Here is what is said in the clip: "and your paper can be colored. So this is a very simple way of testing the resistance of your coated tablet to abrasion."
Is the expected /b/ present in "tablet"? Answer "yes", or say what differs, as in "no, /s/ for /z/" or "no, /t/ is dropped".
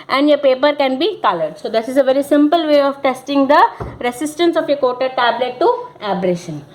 yes